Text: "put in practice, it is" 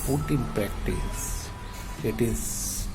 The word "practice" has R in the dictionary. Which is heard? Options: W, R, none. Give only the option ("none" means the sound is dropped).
none